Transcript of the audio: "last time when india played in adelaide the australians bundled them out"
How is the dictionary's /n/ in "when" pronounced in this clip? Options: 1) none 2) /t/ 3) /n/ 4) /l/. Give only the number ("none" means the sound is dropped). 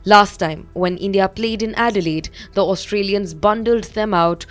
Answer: 3